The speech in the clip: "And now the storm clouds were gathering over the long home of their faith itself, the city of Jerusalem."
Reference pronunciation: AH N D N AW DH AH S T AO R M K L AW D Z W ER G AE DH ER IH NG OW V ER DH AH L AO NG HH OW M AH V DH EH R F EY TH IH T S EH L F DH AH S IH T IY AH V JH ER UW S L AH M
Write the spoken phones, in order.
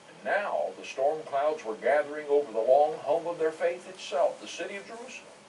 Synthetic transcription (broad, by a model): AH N N AW DH AH S T AO R M K L AW D Z W ER G AE DH ER IH NG OW V ER DH AH L AO NG HH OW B AH V DH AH R F EY TH IH T S EH L F DH AH S IH T IY AH V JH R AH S